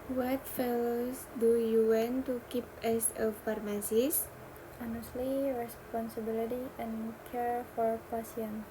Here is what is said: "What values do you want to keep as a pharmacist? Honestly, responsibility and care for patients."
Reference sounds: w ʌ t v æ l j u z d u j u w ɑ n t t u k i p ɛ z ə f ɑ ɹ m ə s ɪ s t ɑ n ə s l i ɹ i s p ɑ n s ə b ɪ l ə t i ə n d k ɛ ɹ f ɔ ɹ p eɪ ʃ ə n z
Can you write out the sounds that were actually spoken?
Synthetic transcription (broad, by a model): w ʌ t f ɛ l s d u j u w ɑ n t t u k i p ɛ s ə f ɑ ɹ m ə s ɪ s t ɑ n ə s l i ɹ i s p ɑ n s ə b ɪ l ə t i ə n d k ɛ ɹ f ɔ ɹ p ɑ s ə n